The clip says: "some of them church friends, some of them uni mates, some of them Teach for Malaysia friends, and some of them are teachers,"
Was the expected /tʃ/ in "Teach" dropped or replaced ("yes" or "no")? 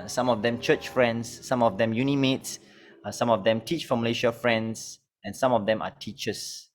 no